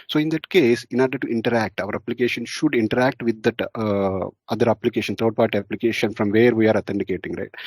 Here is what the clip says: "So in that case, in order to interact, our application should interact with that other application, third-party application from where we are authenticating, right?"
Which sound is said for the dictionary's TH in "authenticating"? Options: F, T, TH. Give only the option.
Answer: T